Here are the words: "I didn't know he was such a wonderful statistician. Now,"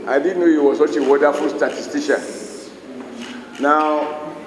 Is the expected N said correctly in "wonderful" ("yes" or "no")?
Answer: no